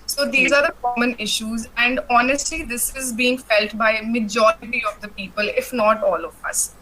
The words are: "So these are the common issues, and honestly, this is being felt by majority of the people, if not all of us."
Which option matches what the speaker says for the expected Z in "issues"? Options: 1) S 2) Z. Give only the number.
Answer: 2